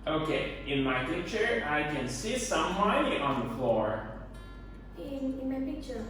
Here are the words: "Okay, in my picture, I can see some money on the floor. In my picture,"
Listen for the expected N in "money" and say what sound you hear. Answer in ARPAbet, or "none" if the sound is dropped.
none